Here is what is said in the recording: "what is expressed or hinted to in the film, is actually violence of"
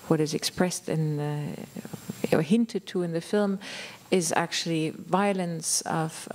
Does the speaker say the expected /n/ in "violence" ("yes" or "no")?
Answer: yes